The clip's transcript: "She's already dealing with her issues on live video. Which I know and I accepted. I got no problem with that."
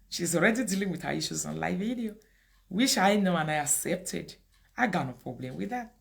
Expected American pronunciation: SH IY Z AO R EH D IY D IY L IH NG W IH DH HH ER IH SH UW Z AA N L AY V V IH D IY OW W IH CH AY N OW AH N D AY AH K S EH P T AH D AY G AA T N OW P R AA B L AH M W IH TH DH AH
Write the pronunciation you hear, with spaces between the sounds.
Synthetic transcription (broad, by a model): SH IY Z AO R EH D IY D IY L IH NG W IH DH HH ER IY SH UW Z AA N L AY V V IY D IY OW W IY SH AY N OW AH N AY AH K S EH P T AH D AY G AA N OW P R AA B L AH M W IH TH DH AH